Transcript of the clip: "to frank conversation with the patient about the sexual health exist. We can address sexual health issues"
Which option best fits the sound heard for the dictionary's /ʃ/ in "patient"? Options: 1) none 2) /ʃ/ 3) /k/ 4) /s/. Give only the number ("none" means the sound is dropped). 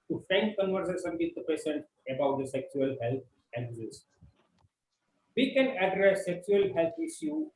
4